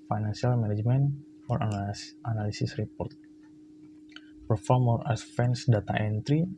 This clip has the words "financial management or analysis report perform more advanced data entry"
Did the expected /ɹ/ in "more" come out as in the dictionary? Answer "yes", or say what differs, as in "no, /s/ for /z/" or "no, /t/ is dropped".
no, /l/ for /ɹ/